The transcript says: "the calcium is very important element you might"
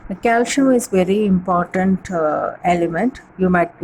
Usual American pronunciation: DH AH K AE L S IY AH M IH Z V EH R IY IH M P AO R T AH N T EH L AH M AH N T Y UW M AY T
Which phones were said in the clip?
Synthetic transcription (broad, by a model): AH K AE L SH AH IH Z V EH R IY IH M P AO R T AH N T EH L AH M AH N T Y UW M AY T